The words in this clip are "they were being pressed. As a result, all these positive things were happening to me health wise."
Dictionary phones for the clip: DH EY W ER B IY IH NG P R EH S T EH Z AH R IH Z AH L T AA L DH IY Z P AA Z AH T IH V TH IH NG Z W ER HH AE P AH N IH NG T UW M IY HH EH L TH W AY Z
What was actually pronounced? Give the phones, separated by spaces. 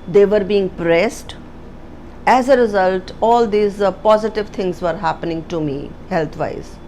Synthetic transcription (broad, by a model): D EY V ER B IY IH NG P R EH S T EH Z AH R IH Z AH L T AA L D IY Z P AA Z AH T IH V T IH NG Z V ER HH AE P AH N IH NG T UW M IY HH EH L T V AY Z